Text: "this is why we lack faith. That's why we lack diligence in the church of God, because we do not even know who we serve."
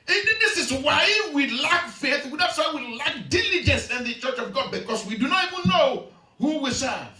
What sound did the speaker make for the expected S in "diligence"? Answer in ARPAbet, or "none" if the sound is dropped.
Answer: S